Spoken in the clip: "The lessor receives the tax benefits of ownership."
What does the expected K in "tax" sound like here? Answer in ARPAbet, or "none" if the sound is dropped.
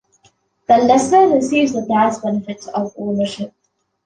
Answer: none